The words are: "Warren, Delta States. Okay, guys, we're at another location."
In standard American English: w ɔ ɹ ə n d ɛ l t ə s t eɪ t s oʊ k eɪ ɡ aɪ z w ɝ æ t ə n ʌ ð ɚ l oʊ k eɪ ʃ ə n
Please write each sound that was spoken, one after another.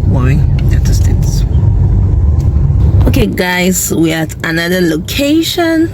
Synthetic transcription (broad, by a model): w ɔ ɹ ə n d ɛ t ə s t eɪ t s oʊ k eɪ ɡ aɪ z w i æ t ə n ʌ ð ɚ l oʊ k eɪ ʃ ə n